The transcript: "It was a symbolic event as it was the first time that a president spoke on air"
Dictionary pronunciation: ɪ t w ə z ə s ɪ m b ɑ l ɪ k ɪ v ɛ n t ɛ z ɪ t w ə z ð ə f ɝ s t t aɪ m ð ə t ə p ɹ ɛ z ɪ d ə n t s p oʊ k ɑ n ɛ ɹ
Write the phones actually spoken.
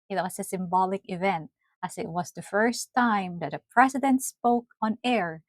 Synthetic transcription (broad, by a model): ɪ t w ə s ə s ɪ m b ɑ l ɪ k ɪ v ɛ n t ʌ s ɪ t w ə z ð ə f ɝ s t t aɪ m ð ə t ə p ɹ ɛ s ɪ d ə n t s p oʊ k ɑ n ɛ ɹ